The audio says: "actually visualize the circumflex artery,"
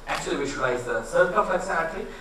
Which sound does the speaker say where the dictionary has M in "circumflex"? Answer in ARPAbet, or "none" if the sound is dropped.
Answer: none